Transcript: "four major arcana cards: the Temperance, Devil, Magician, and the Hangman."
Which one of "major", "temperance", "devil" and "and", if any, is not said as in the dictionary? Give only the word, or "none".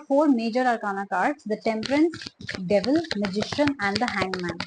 none